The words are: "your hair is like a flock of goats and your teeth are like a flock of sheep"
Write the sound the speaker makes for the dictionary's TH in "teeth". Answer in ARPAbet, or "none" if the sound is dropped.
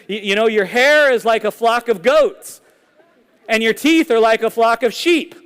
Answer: TH